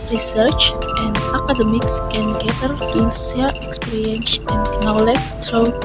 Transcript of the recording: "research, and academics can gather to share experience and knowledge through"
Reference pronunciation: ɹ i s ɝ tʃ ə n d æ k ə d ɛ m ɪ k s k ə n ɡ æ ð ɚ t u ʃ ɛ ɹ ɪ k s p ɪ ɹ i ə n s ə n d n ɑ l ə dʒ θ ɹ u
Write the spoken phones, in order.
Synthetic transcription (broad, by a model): ɹ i s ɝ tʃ ə n d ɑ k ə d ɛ m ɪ k s k ə n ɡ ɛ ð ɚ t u s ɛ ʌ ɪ k s p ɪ ɹ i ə n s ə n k n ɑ l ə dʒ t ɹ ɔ